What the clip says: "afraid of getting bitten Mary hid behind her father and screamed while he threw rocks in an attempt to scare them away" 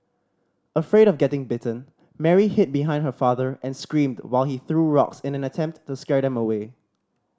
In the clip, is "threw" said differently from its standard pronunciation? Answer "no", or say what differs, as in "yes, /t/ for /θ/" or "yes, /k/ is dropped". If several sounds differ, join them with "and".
no